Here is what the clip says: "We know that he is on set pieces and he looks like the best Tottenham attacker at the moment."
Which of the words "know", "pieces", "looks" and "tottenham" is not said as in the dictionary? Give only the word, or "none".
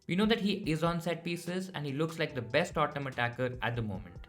tottenham